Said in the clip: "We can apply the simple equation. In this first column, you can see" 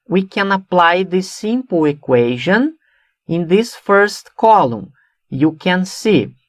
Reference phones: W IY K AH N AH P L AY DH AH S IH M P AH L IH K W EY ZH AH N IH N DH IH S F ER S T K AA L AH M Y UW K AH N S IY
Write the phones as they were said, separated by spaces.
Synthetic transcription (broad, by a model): W IY K AH N AH P L AY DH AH S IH M P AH L IH K W EY ZH AH N IH N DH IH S F ER S T K AA L AH M Y UW K AH N S IY